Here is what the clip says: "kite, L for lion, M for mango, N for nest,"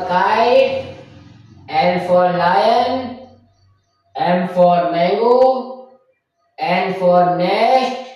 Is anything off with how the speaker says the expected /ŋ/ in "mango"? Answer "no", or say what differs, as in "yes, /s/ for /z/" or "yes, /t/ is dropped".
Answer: yes, /ŋ/ is dropped